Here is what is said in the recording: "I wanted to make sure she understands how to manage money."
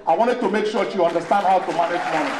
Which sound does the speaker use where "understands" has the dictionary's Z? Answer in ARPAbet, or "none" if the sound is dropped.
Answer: none